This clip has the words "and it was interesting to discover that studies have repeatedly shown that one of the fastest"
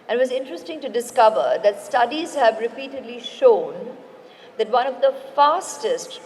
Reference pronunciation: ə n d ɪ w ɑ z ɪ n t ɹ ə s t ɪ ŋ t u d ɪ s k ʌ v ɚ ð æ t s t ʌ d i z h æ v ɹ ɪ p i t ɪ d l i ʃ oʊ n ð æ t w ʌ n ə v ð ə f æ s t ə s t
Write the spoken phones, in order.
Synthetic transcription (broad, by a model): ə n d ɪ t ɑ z ɪ n t ɹ ə s t ɪ ŋ t u d ɪ s k ʌ v ɚ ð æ t s t ʌ d i z h æ v ɹ ɪ p i t ɪ d l i ʃ oʊ n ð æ t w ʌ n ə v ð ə f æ s t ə s t